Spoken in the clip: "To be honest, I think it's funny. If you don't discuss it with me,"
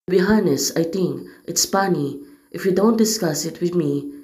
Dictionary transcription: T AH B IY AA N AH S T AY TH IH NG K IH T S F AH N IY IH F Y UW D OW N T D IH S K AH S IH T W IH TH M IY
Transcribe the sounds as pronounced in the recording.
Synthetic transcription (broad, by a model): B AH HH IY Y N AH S AY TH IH NG K IH T S P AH N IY IH F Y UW D OW N T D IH S K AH S IH T W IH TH M IY